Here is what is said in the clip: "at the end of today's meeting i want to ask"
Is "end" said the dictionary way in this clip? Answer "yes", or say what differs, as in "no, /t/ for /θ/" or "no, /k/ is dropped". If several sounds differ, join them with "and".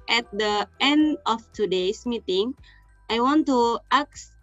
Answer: yes